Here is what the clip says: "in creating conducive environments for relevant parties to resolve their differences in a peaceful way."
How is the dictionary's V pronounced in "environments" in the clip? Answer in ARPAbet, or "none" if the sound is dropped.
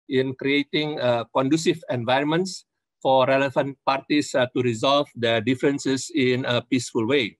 V